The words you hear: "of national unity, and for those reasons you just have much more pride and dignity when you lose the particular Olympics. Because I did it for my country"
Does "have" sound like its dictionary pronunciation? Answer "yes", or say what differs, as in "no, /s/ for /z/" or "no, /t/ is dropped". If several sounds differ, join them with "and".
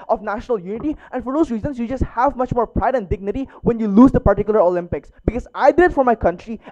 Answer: yes